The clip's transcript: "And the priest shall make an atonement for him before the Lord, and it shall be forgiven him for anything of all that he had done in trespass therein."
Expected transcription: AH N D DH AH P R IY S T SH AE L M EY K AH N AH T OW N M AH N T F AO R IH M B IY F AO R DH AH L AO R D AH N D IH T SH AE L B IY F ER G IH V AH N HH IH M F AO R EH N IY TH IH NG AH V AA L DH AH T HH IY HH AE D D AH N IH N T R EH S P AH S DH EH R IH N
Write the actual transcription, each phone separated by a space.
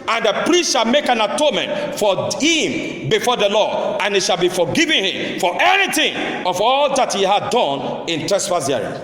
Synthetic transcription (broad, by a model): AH N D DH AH P R IY S T SH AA L M EY K AH N AH T OW N M AH N T F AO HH IH M B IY F AO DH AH L AO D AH N IH T SH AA L B IY F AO G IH V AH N HH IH M F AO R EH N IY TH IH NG AH V AA L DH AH T HH IY HH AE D D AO N IH N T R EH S F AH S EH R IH